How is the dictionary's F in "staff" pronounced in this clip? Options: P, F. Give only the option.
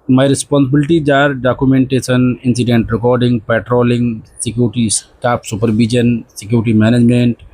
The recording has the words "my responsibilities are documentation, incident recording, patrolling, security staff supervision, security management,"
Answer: P